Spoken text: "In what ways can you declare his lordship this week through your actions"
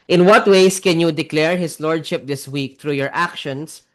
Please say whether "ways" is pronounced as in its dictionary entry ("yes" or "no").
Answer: no